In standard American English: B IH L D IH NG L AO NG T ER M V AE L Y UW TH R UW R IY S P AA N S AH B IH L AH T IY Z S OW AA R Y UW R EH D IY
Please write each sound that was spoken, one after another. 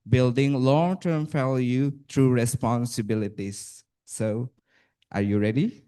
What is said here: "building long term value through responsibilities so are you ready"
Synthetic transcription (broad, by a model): B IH L D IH NG L AO NG T ER M F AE L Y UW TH R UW R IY S P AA N S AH B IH L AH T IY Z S OW AA R Y UW R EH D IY